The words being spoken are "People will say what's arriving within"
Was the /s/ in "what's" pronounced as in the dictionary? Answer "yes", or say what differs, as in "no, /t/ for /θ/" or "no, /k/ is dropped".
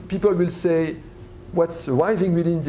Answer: yes